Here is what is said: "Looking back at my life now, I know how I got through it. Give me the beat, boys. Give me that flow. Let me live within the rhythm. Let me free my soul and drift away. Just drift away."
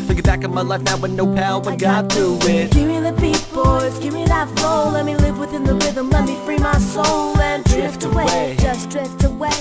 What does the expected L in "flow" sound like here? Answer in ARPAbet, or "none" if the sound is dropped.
none